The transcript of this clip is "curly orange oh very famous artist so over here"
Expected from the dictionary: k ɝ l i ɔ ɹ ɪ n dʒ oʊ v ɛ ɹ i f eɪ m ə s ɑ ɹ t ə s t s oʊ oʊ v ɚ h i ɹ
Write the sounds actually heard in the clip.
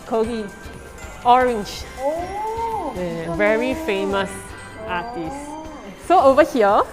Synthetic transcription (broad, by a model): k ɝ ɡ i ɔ ɹ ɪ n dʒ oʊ v ɛ ɹ i f eɪ m ə s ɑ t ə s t s oʊ oʊ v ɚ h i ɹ